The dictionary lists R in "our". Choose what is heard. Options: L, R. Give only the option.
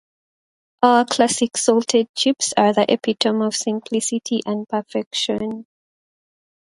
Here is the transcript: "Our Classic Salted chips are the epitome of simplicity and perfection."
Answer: L